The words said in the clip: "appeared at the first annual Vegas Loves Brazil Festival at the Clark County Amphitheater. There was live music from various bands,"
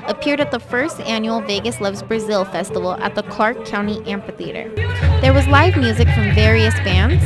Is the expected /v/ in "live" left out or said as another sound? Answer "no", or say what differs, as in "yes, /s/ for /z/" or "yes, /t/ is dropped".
no